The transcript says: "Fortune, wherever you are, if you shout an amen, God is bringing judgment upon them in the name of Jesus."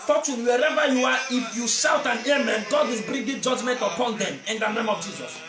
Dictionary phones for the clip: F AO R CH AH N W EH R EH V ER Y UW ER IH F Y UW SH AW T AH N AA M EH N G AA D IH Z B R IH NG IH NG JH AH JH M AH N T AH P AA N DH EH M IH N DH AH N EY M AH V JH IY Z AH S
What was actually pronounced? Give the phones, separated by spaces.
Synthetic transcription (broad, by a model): F AO CH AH N W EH R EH V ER Y UW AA IH F Y UW SH AW T AH N AA M EH N G AA D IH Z B R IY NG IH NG JH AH JH M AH N T AH P AA N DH EH M IH N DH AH N EY M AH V JH IY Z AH S